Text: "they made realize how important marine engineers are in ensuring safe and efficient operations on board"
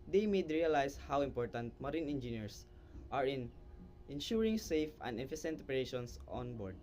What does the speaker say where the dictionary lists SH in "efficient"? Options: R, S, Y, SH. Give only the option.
S